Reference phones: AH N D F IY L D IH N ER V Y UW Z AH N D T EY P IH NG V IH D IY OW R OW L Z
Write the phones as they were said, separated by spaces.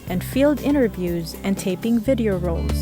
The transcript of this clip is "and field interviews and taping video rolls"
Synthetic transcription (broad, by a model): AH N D F IY L D IH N ER V Y UW Z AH N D T EY P IH NG V IH D IY OW R OW L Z